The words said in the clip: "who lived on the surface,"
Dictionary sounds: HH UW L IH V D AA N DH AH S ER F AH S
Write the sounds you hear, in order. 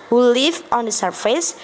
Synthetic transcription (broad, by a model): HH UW L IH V AA N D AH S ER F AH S